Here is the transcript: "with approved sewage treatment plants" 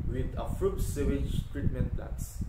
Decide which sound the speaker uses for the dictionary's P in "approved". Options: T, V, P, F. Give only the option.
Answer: F